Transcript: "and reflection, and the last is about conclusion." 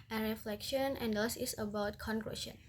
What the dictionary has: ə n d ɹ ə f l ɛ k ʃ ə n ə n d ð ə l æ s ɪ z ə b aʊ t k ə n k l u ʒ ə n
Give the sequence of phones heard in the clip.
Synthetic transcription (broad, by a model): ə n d ɹ ə f l ɛ k ʃ ə n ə n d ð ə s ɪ s ə b aʊ t k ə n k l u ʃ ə n